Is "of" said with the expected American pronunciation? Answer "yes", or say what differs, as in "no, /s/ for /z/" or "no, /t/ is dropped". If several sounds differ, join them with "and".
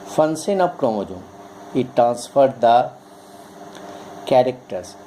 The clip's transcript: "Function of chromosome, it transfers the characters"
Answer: no, /p/ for /v/